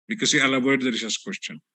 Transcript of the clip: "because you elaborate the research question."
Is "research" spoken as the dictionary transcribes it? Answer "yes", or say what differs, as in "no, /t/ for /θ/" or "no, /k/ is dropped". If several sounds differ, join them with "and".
no, /s/ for /tʃ/